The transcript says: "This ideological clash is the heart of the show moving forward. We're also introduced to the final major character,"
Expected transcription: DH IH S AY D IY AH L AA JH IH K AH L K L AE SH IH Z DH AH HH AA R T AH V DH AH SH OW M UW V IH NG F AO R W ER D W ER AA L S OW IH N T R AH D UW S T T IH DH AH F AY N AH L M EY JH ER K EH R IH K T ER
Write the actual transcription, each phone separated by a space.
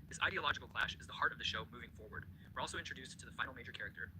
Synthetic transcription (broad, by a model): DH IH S AY D IY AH L AA JH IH K L K L AE SH IH Z DH AH HH AA R T AH V DH AH SH OW M UW V IH NG F AO R W ER D W ER AA L S OW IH N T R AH D UW S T T IH DH AH F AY AH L M EY JH ER K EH R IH K T ER